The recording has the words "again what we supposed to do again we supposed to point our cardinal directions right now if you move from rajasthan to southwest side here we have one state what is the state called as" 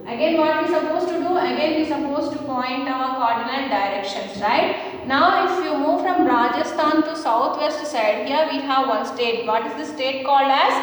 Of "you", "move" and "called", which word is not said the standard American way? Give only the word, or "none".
none